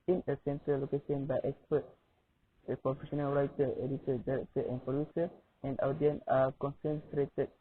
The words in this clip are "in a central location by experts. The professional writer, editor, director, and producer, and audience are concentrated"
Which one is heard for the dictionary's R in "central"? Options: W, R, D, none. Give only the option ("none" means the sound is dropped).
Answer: none